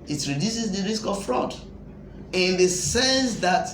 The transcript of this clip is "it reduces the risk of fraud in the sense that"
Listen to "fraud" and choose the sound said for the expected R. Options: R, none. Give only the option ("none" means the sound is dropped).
R